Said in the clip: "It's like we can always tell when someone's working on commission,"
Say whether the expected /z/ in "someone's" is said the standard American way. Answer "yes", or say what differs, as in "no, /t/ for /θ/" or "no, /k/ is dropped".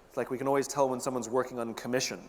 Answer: yes